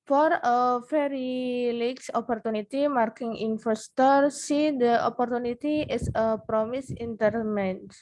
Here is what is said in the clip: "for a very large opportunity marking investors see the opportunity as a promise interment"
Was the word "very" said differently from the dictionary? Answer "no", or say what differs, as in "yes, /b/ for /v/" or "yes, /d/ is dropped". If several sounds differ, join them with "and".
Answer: yes, /f/ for /v/